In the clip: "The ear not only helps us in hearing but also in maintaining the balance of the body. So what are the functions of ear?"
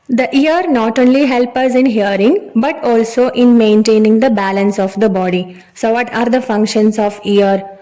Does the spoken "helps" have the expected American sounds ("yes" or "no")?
no